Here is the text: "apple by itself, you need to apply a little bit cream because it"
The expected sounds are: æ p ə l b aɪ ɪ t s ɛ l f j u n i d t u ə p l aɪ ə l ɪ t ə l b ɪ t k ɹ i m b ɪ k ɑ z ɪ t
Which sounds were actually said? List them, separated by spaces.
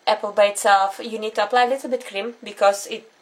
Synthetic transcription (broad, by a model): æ p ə l b aɪ ɪ t s ɛ l f j u n i d t u ə p l aɪ ə l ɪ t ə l b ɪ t k ɹ i m b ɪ k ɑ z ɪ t